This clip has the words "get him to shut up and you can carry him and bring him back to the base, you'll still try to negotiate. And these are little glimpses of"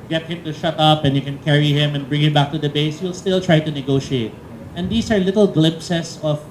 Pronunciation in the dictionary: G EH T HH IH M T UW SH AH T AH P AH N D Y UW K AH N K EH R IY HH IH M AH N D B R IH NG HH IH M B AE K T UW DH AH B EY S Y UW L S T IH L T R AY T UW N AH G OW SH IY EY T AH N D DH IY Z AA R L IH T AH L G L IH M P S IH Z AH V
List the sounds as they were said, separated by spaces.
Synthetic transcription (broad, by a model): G EH T HH IH M T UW SH AH T AH P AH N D Y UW K AH N K EH R IY HH IH M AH N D B R IH NG HH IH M B AE K T UW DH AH B EY S Y UW L S T IH L T R AY T UW N AH G OW SH IY EY T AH N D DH IY S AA R L IH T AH L G L IH M P S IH S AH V